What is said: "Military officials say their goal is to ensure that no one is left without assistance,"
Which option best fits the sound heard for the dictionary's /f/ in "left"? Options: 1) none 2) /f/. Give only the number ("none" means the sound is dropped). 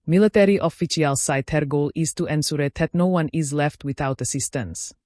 2